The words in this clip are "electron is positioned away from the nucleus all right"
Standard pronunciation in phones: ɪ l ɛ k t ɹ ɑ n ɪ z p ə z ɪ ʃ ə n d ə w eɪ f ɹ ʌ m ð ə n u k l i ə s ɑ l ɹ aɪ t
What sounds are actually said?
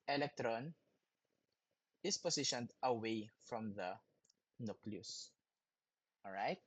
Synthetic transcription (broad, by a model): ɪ l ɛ k t ɹ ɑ n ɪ s p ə s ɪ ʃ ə n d ə w eɪ f ɹ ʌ m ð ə n u k l i ə s ɑ l ɹ aɪ t